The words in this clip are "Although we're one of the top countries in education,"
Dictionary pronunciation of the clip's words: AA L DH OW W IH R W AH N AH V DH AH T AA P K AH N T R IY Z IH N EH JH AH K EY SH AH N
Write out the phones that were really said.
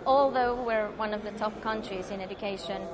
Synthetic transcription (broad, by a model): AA L DH OW W IH R W AH N AH V DH AH T AA P K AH N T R IY Z IH N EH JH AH K EY SH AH N